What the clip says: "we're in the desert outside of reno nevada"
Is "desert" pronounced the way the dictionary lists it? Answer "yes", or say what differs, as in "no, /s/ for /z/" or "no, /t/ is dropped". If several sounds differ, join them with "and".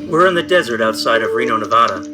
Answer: yes